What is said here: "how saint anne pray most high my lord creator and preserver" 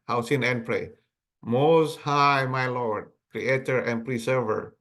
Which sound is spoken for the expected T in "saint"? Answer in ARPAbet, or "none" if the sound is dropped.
none